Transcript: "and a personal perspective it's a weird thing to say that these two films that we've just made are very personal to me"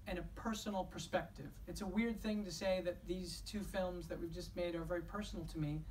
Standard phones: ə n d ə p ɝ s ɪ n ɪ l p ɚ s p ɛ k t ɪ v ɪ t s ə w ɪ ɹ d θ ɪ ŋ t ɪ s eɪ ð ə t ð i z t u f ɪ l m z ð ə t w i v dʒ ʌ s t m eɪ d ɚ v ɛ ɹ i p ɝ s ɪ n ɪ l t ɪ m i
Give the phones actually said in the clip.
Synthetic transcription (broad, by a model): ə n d ə p ɝ s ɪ n l p ɚ s p ɛ k t ɪ v ɪ t s ə w ɪ ɹ d θ ɪ ŋ t ɪ s eɪ ð ə t ð i z t u f ɪ l m z ð ə t w i v dʒ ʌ s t m eɪ d ɚ v ɛ ɹ i p ɝ s n l t ɪ m i